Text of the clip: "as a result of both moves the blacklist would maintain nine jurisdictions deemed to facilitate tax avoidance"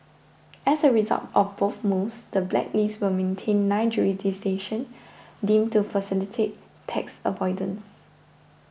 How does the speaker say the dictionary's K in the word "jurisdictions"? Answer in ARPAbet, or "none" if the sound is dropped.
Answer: none